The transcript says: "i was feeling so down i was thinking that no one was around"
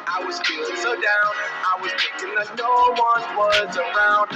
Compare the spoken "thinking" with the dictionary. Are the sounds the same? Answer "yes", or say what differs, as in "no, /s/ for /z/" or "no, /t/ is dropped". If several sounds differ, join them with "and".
no, /t/ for /θ/ and /ŋ/ is dropped